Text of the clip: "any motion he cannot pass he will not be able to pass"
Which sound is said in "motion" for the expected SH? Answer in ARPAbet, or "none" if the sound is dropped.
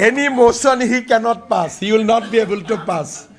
S